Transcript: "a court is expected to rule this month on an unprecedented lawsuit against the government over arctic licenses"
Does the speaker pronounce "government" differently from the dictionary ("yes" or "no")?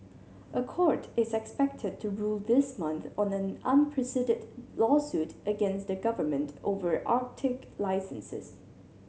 no